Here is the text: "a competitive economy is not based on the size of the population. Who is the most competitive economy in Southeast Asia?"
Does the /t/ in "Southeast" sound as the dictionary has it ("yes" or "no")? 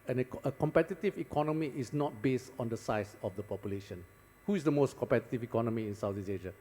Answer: no